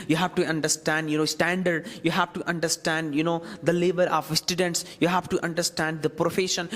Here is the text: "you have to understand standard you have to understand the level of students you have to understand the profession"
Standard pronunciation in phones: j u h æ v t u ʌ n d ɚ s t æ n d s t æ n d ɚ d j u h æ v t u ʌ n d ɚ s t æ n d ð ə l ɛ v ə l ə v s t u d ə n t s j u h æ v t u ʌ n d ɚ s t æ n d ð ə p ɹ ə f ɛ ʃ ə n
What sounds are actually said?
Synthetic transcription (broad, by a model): j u h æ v t u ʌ n d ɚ s t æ n d s t æ n d ɚ d j u h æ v t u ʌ n d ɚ s t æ n d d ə l ɛ b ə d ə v s t u d ə n t s j u h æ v t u ʌ n d ɚ s t æ n d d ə p ɹ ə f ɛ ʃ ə n